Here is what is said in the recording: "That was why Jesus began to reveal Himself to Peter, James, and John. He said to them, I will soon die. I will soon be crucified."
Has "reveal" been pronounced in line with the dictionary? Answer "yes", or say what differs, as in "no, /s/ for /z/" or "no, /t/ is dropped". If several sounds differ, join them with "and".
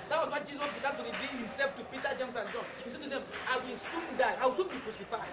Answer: no, /b/ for /v/ and /n/ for /l/